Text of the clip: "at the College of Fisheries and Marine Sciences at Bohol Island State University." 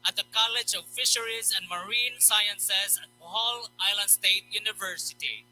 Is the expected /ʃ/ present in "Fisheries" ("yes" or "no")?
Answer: yes